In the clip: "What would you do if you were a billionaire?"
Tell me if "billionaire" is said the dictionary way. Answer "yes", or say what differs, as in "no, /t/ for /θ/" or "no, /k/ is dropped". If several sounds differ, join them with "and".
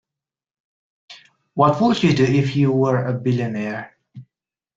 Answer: yes